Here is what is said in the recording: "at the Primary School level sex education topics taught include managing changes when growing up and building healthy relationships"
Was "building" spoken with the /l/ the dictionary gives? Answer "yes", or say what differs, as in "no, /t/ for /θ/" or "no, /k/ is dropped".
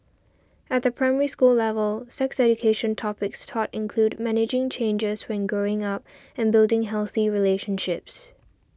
yes